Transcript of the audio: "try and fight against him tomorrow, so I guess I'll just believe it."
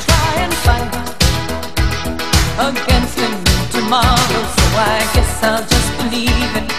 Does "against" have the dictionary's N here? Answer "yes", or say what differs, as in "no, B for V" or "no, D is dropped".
yes